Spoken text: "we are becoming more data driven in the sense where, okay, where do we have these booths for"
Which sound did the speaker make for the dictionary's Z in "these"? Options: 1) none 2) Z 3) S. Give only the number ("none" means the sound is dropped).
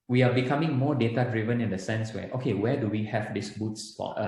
3